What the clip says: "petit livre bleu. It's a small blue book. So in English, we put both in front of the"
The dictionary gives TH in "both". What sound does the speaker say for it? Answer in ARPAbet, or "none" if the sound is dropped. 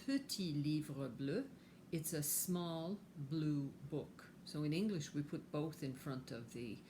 TH